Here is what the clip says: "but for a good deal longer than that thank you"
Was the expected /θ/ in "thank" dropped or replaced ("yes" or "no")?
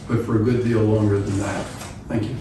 no